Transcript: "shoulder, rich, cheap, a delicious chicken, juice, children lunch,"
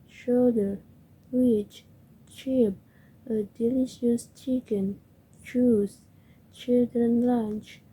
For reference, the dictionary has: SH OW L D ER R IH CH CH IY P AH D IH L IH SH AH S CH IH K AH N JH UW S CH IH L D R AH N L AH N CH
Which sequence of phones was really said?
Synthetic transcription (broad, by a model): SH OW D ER W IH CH CH IY P AH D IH L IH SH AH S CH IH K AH N CH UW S CH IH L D R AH N L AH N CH